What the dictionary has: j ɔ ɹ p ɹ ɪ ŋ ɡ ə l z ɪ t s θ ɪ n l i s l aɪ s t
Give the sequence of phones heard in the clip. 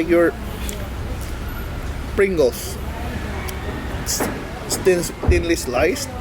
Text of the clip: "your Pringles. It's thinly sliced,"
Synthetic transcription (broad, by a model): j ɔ ɹ p ɹ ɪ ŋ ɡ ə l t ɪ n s t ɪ n l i s l aɪ s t